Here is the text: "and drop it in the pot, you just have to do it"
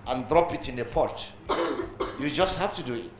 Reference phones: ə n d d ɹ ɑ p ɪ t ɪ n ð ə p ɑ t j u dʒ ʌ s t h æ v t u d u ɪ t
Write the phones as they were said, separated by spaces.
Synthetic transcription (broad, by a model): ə n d d ɹ ɑ p ɪ t ɪ n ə p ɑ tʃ j u dʒ ʌ s t h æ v t u d u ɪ t